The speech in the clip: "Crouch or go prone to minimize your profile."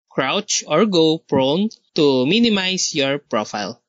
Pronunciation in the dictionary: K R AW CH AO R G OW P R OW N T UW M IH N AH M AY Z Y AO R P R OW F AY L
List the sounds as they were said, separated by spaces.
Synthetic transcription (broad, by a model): K R AW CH AO R G OW P R OW N T UW M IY N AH M AY S Y AO R P R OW F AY L